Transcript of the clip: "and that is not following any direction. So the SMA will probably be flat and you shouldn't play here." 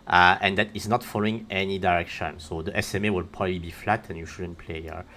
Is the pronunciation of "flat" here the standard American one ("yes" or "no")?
yes